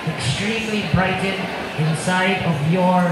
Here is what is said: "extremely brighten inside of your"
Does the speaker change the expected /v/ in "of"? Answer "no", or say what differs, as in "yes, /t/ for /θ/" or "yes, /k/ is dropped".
no